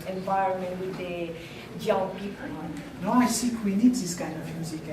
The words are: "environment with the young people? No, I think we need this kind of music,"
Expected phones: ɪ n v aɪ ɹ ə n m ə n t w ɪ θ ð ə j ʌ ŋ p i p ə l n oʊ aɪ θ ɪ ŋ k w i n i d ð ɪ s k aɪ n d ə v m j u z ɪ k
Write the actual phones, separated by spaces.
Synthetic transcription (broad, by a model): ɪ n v aɪ ɹ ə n m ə n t w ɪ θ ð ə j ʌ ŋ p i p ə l n oʊ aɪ s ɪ k w i n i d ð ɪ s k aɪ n ə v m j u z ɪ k